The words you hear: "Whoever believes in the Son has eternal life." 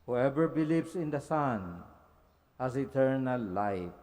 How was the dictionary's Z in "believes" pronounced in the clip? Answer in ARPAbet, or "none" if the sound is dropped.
S